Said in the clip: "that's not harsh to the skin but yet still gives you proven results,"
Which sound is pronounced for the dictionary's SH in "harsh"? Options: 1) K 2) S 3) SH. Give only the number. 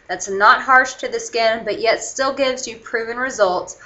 3